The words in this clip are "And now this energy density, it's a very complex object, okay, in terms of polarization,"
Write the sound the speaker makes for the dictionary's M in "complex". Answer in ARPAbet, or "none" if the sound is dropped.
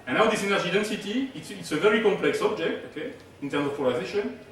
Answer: M